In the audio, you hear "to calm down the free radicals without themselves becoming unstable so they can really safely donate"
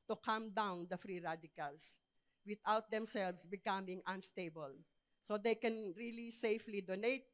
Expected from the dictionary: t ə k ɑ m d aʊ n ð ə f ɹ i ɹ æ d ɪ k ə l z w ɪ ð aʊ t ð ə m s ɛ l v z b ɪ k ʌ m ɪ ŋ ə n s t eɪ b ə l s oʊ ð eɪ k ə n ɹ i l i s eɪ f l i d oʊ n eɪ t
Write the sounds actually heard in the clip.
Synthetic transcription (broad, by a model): t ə k ɑ m d aʊ n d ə f ɹ i ɹ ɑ d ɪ k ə l s w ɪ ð aʊ t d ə m s ɛ l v s b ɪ k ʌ m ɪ ŋ ə n s t eɪ b ə l s oʊ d eɪ k ə n ɹ i l i s eɪ f l i d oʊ n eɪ t